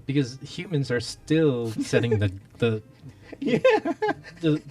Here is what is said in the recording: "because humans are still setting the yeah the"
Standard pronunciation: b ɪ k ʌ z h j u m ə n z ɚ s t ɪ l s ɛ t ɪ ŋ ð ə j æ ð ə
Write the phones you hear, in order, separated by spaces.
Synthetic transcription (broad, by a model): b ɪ k ʌ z h j u m ə n z ɚ s t ɪ l s ɛ t ɪ ŋ ð ə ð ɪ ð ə